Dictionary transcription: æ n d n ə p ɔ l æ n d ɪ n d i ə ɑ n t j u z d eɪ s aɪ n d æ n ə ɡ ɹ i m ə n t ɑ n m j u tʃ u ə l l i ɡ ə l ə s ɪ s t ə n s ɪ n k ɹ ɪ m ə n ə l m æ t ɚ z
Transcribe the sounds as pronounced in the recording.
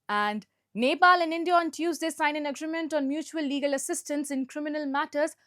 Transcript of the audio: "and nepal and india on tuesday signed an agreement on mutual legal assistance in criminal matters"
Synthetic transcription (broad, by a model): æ n d n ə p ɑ l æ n d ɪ n d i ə ɑ n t j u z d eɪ s aɪ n æ n ə ɡ ɹ i m ə n t ɑ n m j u tʃ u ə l l i ɡ ə l ə s ɪ s t ə n s ɪ n k ɹ ɪ m ə n ə l m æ t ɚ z